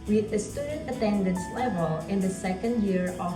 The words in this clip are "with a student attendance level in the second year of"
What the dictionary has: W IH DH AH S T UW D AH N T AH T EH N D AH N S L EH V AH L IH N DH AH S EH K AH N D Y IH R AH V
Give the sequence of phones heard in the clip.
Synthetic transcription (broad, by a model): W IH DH AH S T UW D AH N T AH T EH N D AH N S L EH V AH L IH N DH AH S EH K AH N D Y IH R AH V